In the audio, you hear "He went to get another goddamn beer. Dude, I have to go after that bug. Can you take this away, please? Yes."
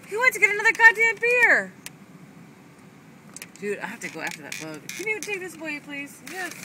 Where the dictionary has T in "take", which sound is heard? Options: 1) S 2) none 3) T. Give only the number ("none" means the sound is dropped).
3